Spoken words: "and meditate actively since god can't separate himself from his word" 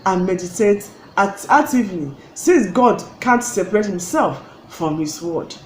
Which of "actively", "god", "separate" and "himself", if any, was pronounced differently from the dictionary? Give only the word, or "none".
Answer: actively